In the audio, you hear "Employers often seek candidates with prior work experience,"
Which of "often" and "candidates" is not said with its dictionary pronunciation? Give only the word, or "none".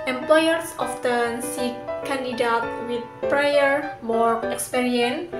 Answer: candidates